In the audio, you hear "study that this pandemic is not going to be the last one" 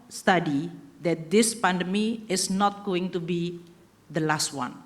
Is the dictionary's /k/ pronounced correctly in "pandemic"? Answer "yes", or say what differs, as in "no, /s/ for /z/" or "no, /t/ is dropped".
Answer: no, /k/ is dropped